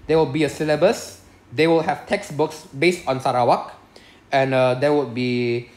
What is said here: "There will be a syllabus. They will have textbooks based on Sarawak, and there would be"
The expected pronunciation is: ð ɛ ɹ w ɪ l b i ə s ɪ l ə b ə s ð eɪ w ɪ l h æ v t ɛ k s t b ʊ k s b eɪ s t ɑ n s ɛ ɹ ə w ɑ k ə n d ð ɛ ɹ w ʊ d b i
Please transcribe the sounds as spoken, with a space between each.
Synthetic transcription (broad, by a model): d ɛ w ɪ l b i ə s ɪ l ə b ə s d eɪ w ɪ l h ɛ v t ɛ k s b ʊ k s b eɪ s t ɑ n s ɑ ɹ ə w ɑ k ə n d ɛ w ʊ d b i